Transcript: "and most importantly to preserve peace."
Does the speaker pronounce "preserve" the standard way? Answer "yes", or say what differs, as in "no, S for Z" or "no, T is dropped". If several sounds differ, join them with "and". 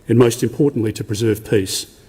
yes